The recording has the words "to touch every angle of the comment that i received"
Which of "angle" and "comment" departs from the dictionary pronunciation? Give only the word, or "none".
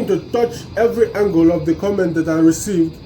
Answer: none